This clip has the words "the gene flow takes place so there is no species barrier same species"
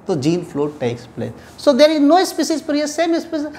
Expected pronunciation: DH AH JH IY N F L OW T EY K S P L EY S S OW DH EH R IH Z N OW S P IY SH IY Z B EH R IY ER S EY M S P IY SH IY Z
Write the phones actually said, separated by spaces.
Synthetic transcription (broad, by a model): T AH JH IY N F L OW T EY K S P L EY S S OW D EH R IH Z N OW S P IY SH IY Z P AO R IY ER S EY M S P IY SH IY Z